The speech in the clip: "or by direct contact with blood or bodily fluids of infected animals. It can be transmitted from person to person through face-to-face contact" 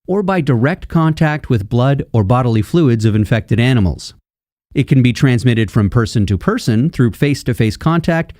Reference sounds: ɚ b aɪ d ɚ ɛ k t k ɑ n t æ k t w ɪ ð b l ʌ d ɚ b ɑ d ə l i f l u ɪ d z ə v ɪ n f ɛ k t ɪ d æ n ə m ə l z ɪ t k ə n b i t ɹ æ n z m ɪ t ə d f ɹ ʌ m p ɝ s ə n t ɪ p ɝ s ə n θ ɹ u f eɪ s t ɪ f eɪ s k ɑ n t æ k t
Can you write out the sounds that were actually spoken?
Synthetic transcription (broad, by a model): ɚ b aɪ d ɚ ɛ k t k ɑ n t æ k t w ɪ ð b l ʌ d ɚ b ɑ d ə l i f l u ɪ d z ə v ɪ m f ɛ k t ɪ d æ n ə m l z ɪ t k ə n b i t ɹ æ n z m ɪ t ə d f ɹ ʌ m p ɝ s ə n t ɪ p ɝ s ə n θ ɹ u f eɪ s t ɪ f eɪ s k ɑ n t æ k t